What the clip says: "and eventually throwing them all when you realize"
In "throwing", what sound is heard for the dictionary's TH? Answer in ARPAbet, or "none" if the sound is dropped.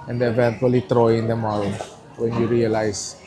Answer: T